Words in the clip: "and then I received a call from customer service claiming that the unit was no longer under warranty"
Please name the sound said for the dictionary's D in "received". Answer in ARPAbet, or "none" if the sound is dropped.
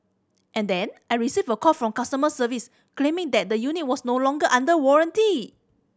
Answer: none